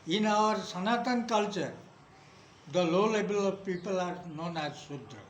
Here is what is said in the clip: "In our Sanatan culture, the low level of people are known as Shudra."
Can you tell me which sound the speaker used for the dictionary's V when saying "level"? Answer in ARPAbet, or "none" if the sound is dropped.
B